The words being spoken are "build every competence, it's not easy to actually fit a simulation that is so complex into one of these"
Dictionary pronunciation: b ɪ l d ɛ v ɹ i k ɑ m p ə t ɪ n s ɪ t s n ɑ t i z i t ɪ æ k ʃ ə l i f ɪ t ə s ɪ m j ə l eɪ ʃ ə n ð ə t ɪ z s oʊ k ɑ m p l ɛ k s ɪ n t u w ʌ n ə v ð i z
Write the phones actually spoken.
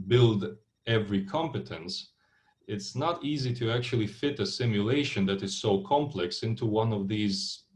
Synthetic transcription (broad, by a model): b ɪ l d ɛ v ɹ i k ɑ m p ə t ɪ n s ɪ t s n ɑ t i z i t ɪ æ k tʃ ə l i f ɪ t ə s ɪ m j ə l eɪ ʃ ə n ð ə t ɪ z s oʊ k ɑ m p l ɛ k s ɪ n t u w ʌ n ə v ð i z